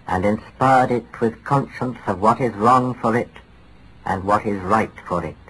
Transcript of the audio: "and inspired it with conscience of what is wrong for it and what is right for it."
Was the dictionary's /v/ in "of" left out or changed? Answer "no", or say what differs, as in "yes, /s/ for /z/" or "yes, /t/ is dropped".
no